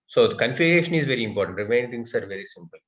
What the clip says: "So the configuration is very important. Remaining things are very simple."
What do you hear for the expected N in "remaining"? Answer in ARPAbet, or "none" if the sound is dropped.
none